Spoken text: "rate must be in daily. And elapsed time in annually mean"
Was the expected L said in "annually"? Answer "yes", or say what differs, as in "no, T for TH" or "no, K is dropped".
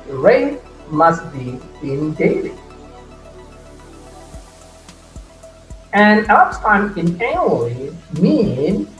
no, L is dropped